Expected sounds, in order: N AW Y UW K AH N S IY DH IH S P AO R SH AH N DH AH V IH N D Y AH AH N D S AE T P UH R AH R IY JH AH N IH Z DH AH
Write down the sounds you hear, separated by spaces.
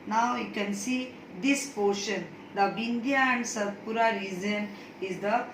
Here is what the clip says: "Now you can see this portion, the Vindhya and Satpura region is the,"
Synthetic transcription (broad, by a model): N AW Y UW K AH N S IY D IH S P AO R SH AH N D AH B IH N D Y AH AH N D S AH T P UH R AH R IY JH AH N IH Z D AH